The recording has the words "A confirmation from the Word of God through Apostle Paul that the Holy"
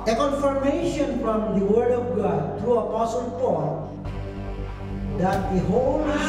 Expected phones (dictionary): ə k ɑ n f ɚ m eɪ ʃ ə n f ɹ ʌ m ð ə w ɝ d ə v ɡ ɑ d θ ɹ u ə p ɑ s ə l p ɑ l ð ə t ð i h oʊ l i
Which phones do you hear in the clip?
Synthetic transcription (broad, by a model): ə k ɑ n f ɚ m eɪ ʃ ə n f ɹ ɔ m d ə w ɝ d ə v ɡ ɑ d t ɹ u ə p ɑ s ə l p ɑ l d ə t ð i h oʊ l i